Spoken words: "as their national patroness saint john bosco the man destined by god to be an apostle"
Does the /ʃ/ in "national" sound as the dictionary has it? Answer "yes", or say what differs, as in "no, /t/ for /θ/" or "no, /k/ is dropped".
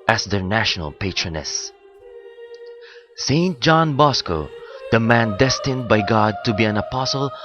yes